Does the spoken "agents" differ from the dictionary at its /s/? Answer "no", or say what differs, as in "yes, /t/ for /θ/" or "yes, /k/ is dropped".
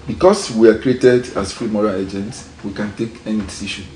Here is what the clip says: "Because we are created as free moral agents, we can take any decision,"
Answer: no